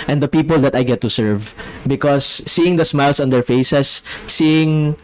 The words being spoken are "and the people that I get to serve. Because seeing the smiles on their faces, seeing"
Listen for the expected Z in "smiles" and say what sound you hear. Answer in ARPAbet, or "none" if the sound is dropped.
S